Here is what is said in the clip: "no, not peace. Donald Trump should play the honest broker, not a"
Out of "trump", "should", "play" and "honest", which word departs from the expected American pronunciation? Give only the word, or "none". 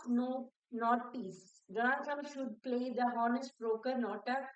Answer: trump